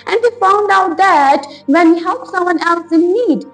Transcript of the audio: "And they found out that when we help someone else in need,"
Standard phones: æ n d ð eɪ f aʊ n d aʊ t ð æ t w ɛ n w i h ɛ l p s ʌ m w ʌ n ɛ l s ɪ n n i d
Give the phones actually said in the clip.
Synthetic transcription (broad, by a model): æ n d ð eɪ f aʊ n d aʊ t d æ t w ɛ n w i h ɛ l p s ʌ m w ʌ n ɛ l s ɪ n n i d